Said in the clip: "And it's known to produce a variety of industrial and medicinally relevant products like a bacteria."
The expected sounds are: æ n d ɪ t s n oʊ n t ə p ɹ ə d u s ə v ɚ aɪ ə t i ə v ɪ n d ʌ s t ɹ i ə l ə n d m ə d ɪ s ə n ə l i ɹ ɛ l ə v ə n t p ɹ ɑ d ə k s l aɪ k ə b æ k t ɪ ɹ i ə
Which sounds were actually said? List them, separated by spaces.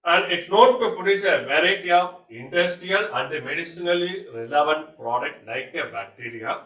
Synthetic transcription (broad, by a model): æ n d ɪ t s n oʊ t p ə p ə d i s ə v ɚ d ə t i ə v ɪ n d ʌ s t ɹ i ə l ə n d m ə d ɪ s ə n ə l i ɹ ɛ l ə v ə n t p ɹ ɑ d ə k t l aɪ k ə b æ k t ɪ ɹ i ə